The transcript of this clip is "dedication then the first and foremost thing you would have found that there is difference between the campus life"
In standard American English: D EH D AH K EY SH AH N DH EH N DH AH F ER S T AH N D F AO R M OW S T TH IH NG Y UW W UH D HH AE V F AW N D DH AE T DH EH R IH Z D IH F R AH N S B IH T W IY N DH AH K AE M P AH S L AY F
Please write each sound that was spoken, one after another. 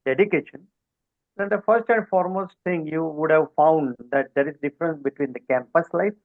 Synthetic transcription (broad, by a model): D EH D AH K EY SH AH N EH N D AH F ER S T AH N D F AO R M OW S T T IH NG Y UW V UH D HH AE V F AW N D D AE T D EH R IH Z D IH F R AH N S B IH T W IY N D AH K AE M P AH S L AY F